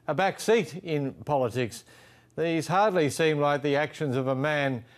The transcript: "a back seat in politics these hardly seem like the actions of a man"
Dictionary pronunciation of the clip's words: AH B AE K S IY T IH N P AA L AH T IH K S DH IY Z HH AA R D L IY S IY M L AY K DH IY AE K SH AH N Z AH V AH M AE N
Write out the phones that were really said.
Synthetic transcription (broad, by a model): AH B AE K S IY T IH N P AA L AH T IH K S DH IY Z HH AA R D L IY S IY M L AY K DH IY AE K SH AH N Z AH V AH M AE N